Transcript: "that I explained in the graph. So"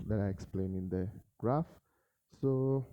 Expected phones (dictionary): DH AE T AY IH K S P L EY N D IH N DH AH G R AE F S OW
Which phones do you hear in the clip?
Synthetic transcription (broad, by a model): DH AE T AY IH K S P L EY N IH N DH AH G R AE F S OW